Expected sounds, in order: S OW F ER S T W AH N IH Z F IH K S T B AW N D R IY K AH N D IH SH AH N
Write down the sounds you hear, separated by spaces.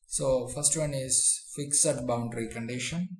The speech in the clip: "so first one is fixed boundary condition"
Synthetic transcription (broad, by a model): S OW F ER S T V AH N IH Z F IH K S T B AW N D R IY K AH N D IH SH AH N